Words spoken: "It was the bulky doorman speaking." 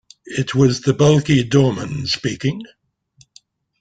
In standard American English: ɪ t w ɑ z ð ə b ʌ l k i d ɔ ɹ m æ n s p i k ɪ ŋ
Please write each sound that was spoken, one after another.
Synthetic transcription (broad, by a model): ɪ t w ɑ z ð ə b ʌ l k i d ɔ m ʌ n s p i k ɪ ŋ